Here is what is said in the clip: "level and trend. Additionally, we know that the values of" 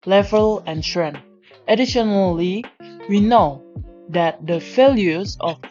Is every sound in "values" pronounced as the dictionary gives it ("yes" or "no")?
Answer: no